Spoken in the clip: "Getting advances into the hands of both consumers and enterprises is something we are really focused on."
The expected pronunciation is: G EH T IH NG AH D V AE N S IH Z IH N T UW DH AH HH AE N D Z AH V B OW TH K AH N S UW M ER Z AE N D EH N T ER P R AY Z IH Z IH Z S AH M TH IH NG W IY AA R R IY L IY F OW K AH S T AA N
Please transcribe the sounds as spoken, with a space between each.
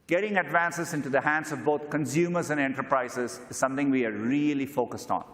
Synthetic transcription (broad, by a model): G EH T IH NG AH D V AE N S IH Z IH N T UW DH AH HH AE N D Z AH V B OW T K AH N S UW M ER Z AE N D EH N T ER P R AY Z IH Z IH Z S AH M T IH NG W IY AA R R IY L IY F OW K AH S T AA N